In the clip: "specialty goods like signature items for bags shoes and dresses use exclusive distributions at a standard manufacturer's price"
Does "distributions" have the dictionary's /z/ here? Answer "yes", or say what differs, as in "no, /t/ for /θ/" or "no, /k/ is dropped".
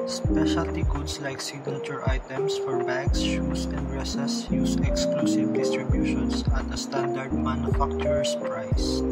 no, /s/ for /z/